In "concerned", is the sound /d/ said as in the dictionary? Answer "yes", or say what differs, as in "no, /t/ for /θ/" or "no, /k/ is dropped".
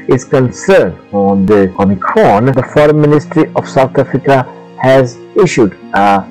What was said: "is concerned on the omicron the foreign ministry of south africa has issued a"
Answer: yes